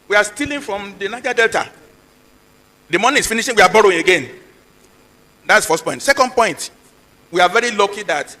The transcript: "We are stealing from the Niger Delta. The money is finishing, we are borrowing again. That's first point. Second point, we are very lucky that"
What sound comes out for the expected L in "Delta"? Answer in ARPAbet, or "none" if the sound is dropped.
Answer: L